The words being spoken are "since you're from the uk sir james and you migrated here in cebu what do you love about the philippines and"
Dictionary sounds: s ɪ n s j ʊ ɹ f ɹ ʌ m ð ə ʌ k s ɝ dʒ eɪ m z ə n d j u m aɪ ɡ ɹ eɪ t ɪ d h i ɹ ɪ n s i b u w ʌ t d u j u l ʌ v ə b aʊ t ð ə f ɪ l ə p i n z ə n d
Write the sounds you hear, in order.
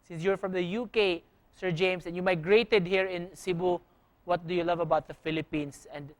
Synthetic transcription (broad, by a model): s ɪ n s j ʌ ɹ f ɹ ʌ m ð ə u k s ɝ dʒ eɪ m s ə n j u m aɪ ɡ ɹ eɪ t ɪ d h i ɹ ɪ n s i b u w ʌ t d u j u l ʌ v ə b aʊ t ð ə f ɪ l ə p i n s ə n d